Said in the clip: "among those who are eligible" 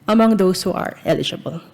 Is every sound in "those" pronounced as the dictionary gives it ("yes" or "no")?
no